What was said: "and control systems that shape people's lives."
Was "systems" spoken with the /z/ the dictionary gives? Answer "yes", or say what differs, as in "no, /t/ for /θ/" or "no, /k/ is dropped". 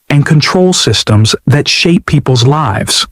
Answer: yes